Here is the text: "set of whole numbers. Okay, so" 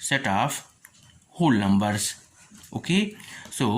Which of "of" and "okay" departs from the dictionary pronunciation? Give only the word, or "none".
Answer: of